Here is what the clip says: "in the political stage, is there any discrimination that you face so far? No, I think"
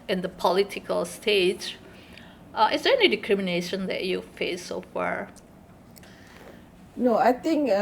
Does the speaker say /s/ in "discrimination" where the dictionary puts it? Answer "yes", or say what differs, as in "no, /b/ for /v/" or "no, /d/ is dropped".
no, /s/ is dropped